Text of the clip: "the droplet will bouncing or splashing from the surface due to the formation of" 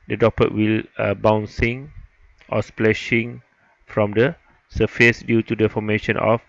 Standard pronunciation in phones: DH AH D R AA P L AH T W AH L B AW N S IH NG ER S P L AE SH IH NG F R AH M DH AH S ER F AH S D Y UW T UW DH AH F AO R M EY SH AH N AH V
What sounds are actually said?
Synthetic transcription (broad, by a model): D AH D AA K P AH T W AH L B AW N S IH NG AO S P L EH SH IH NG F R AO M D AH S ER F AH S D Y UW T UW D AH F AO M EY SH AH N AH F